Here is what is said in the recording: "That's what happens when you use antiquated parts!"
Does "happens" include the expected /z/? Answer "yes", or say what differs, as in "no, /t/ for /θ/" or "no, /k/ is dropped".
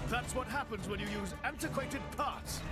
yes